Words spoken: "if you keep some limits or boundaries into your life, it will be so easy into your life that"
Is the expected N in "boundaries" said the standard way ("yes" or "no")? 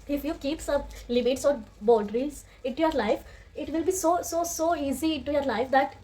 no